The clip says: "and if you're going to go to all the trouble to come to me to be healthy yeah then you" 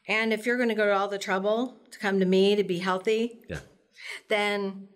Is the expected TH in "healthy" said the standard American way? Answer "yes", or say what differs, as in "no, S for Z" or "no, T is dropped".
yes